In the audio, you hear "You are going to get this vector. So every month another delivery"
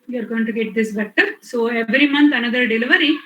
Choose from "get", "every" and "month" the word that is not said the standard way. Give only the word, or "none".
month